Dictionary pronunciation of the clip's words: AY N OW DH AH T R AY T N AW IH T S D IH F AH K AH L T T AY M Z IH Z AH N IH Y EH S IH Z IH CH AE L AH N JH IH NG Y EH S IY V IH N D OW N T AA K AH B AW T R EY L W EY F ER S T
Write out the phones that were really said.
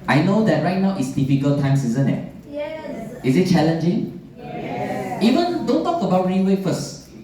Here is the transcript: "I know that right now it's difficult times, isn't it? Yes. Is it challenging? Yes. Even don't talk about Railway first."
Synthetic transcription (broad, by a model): AY N OW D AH T R AY T N AW T S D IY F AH K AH L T T AY M S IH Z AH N IH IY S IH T CH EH L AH N JH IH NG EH IY V IH N D OW N T AA K AH B AW T R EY N W EY F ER S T